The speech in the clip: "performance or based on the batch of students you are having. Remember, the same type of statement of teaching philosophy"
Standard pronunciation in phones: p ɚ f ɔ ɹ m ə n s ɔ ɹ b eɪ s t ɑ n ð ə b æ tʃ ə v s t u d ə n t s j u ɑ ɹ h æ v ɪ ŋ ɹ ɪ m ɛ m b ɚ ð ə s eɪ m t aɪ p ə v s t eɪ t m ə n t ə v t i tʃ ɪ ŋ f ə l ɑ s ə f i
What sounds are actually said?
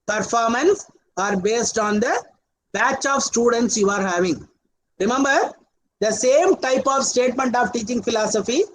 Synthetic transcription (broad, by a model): p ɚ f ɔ ɹ m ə n s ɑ ɹ b eɪ s t ɑ n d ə b æ tʃ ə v s t u d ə n t s j u ɑ ɹ h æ v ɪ ŋ ɹ ɪ m ɛ m b ɚ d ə s eɪ m t aɪ p ə v s t eɪ t m ə n t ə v t i tʃ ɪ ŋ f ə l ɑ s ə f i